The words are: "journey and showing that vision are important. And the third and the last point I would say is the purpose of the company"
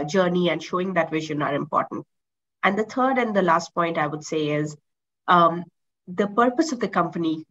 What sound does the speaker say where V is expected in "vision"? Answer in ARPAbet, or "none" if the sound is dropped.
V